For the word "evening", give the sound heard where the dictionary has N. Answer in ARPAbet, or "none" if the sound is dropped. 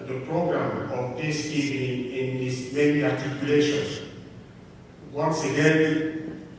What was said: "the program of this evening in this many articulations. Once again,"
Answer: none